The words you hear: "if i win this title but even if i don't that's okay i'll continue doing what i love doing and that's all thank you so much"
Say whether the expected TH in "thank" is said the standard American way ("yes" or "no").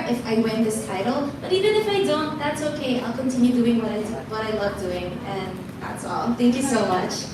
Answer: yes